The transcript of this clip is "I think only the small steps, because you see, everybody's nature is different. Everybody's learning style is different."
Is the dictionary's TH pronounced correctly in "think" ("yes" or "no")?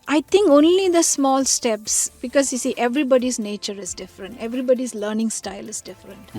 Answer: no